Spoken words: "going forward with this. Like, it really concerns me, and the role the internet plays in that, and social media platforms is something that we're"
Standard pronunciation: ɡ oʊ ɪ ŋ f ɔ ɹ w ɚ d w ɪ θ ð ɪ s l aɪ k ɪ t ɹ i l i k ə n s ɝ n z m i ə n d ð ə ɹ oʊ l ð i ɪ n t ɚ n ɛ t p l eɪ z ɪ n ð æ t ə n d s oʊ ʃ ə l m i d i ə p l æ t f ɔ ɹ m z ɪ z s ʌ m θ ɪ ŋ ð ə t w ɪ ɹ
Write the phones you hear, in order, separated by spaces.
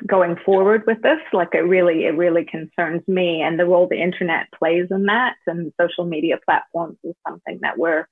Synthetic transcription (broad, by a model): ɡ oʊ ɪ ŋ f ɔ ɹ w ɚ d w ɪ ð ɪ s l aɪ k ɪ t ɹ i l i k ə n s ɝ n z m i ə n ð ə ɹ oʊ l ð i ɪ n t ɚ n ɛ t p l eɪ z ɪ n ð æ t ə n s oʊ ʃ l m i d i ə p l æ t f ɔ ɹ m z ɪ z s ʌ m θ ɪ ŋ ð ə t w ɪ ɹ